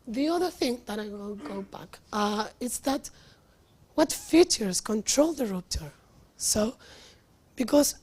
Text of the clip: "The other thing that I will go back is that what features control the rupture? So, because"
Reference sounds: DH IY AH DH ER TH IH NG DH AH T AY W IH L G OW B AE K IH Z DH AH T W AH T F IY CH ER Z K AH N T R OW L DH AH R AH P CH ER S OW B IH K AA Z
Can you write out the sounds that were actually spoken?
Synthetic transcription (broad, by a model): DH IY AH DH ER TH IH NG DH AH T AY W IH L G OW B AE K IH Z DH AH T W AH T F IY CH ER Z K AH N T R OW L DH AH R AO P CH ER S OW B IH K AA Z